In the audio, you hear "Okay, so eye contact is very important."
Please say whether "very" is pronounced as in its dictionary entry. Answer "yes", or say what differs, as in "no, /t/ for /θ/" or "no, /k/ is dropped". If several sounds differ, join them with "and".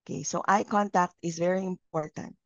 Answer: yes